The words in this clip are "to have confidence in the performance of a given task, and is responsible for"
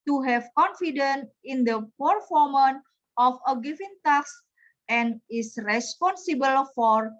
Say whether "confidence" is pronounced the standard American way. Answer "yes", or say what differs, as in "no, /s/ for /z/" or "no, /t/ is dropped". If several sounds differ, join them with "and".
no, /s/ is dropped